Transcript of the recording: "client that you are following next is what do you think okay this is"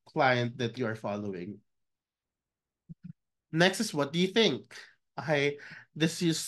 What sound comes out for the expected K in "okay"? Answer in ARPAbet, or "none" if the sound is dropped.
none